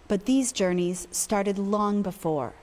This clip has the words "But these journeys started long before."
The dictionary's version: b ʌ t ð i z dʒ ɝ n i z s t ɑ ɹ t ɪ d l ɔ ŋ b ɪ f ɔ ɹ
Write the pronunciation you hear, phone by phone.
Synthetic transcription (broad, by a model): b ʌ t ð i z dʒ ɝ n i z s t ɑ ɹ t ɪ d l ɔ ŋ b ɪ f ɔ ɹ